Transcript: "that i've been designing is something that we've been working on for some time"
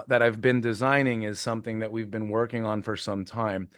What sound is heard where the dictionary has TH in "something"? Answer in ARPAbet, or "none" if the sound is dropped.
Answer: TH